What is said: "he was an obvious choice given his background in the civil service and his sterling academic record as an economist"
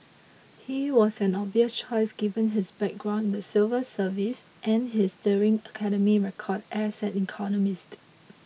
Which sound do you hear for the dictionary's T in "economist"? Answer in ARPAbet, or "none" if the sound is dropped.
T